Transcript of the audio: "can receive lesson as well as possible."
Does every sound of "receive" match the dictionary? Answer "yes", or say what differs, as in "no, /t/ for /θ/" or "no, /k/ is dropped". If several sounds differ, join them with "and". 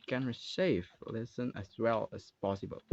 no, /ʃ/ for /s/